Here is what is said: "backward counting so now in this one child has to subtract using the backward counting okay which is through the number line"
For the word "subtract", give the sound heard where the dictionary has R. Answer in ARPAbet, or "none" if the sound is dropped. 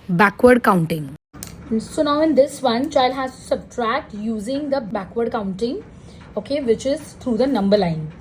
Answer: R